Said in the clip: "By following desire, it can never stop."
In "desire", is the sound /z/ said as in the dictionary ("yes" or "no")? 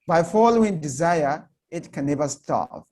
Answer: yes